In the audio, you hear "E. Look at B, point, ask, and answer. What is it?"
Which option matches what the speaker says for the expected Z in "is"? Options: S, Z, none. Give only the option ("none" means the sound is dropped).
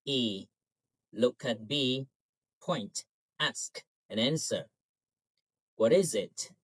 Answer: Z